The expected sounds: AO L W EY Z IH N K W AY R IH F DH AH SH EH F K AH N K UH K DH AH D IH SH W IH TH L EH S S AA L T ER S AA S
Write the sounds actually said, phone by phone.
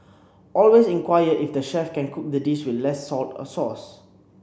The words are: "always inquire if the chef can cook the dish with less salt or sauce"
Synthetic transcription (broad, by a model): AO L W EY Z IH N K W AY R IH F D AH SH EH F K AH N K UH K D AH D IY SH W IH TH L EH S S AA L T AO S AA S